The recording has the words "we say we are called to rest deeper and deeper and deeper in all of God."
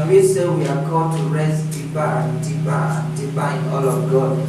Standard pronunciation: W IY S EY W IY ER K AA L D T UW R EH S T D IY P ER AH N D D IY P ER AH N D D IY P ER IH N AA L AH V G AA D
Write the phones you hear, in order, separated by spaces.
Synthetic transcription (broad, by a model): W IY S EY W IY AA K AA D T UW R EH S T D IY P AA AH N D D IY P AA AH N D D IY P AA IH N AA L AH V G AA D